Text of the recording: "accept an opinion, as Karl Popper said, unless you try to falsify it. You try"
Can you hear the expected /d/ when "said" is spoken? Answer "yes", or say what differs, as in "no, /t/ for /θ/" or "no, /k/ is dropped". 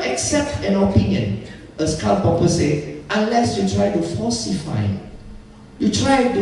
no, /d/ is dropped